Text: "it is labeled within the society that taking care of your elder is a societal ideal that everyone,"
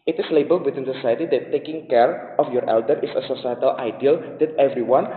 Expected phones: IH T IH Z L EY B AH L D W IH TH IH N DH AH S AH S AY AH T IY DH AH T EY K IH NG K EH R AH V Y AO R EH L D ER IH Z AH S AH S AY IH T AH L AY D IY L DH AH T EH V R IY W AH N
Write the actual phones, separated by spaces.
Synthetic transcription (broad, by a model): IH T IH S L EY B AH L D W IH T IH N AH S AH S AY AH T IY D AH T EY K IH NG K EH R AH F Y AO R EH L D ER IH S AH S AH S AY IH T AH L AY D IY L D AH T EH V R IY W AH N